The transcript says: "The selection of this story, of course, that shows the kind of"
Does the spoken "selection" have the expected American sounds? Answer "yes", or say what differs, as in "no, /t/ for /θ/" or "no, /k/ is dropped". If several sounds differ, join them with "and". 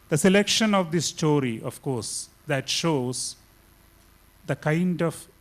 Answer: yes